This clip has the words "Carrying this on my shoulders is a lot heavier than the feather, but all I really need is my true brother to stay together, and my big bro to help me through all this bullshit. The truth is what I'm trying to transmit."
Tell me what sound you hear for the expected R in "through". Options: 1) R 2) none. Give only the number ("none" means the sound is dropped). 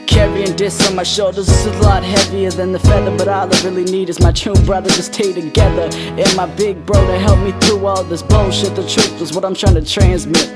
2